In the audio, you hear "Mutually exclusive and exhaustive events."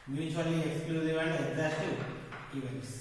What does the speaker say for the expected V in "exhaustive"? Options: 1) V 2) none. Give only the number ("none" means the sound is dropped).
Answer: 2